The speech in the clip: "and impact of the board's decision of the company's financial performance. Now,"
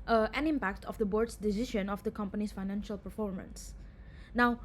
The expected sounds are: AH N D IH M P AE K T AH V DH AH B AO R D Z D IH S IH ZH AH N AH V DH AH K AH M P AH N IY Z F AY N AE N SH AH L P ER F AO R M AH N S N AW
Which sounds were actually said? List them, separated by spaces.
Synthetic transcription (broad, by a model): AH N IH M P AE K T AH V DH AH B AO R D S D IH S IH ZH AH N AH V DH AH K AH M P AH N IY S F AY N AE N SH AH L P ER F AO R M AH N S N AW